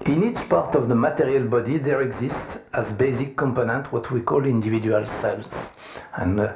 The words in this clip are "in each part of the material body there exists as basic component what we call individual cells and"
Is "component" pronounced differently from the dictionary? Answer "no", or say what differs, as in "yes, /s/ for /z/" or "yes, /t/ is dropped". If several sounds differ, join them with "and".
no